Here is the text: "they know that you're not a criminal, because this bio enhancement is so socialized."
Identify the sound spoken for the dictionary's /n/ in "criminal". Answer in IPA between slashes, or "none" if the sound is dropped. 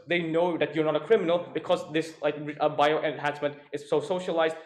/n/